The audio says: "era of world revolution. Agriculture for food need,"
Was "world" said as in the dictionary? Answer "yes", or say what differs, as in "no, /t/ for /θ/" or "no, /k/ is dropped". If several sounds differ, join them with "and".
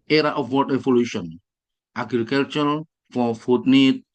no, /l/ is dropped